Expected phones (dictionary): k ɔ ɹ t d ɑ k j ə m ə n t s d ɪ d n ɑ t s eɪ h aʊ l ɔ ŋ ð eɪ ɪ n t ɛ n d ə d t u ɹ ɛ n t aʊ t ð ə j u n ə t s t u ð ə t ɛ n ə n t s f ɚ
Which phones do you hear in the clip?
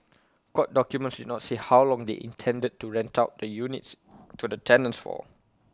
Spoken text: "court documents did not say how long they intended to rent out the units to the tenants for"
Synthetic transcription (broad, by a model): k ɔ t d ɑ k j ə m ə n t s d ɪ d n ɑ t s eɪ h aʊ l ɔ ŋ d eɪ ɪ n t ɛ n d ə d t u ɹ ɛ n t aʊ t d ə j u n ə t s t u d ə t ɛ n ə n s f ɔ